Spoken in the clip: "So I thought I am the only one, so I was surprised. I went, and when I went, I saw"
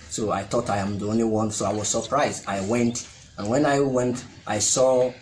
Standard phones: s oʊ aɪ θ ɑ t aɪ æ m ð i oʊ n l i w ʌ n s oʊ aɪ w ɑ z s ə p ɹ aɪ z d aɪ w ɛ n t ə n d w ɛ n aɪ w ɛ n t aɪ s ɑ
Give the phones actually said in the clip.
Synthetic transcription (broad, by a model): s oʊ aɪ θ ɑ t aɪ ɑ m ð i oʊ n l i w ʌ n s oʊ aɪ w ɑ z s ə p ɹ aɪ z d aɪ w ɛ n t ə n w ɛ n aɪ w ɛ n t aɪ s ɑ